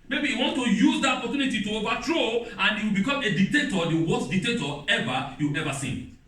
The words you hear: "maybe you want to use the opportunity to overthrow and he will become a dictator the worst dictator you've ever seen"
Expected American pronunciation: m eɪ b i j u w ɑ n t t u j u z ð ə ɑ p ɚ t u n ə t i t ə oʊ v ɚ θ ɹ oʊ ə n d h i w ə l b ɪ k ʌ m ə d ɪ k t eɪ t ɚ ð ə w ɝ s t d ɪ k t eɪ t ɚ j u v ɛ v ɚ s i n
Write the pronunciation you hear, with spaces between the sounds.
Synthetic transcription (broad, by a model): m eɪ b i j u w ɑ n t t u j u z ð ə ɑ p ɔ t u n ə t i t ə oʊ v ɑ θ ɹ oʊ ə n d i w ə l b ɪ k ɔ m ə d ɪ k t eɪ t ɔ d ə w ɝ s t d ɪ k t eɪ t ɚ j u ɛ v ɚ s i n